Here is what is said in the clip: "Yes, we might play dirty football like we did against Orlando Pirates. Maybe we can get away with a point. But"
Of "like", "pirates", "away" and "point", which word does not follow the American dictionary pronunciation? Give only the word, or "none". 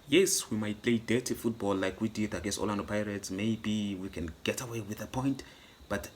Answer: none